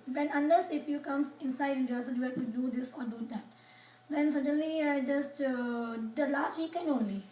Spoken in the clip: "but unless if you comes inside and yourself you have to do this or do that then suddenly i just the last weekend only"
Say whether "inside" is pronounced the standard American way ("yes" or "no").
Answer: no